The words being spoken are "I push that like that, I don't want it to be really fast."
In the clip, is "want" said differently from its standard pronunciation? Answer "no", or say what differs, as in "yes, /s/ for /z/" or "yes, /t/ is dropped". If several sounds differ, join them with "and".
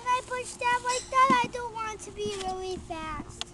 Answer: no